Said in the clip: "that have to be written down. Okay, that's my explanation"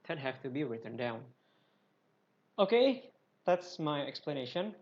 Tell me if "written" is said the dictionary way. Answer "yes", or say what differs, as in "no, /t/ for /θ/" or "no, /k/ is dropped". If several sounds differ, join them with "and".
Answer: yes